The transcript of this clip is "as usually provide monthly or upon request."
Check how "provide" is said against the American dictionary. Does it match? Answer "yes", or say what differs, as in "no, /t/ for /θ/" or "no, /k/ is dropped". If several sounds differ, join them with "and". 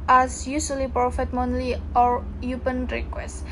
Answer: no, /f/ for /v/